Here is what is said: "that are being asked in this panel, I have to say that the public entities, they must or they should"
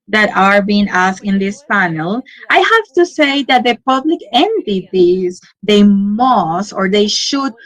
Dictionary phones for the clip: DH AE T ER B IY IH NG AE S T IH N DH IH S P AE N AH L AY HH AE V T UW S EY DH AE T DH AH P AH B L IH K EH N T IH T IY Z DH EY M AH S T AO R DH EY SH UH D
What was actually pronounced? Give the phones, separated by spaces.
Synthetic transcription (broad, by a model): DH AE T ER B IY IH NG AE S IH N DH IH S P AE N AH L AY HH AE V T UW S EY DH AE T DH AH P AH B L IH K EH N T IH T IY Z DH EY M AH S T AO R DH EY SH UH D